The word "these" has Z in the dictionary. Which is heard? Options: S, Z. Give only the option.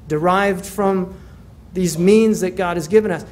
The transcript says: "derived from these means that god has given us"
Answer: Z